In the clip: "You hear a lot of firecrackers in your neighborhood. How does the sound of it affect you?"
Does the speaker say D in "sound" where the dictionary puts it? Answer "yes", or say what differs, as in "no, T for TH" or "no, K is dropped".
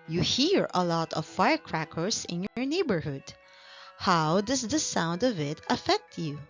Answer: yes